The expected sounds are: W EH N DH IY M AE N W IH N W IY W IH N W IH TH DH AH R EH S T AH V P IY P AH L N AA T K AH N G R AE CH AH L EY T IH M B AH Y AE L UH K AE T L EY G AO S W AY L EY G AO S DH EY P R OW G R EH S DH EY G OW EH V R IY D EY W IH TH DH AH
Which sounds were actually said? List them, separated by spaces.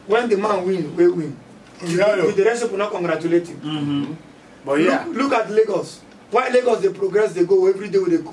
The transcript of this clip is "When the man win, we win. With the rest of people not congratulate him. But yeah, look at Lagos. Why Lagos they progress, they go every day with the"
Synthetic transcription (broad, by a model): W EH N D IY M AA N W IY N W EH W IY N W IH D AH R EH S AH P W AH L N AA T K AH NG G R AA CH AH L EY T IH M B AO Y L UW K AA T L EY G AO S W AY L EY G AO S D EY P R OW G R EH S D EY G OW EH V R IY D EY W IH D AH